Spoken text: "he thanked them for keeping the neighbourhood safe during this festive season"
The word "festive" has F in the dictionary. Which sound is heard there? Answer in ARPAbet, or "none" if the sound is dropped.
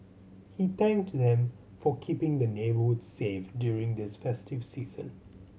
F